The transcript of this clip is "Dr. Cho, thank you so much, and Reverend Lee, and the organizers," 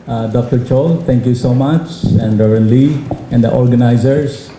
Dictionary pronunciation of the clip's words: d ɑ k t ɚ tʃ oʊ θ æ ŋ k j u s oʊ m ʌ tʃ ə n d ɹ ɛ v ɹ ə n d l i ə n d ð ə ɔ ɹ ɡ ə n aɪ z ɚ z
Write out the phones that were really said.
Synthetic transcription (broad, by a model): d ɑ k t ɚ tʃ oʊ t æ ŋ k j u s oʊ m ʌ tʃ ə n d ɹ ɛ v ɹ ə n l i ə n d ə ɔ ɹ ɡ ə n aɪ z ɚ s